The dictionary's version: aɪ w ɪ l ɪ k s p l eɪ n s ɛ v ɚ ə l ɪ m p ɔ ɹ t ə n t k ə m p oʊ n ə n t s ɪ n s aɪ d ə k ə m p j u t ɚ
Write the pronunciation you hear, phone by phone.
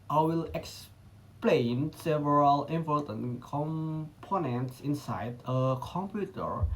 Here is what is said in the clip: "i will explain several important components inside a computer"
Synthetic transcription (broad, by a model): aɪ w ɪ l ɪ k s p l eɪ n s ɛ v ɚ ə l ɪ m p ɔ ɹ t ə n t k ə m p oʊ n ə n t s ɪ n s aɪ d ə k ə m p j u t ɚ